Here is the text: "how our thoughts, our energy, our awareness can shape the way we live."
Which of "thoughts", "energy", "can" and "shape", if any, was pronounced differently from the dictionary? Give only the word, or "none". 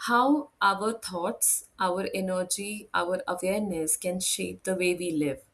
thoughts